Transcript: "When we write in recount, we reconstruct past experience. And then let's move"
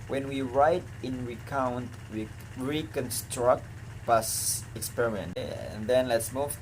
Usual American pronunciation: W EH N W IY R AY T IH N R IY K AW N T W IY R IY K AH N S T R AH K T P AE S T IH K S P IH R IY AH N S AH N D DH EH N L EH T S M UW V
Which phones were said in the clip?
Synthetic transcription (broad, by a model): W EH N W IY R AY T IH N R IY K AW N T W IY R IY K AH N S T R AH K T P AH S IH K S P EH R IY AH N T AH N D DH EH N L EH T S M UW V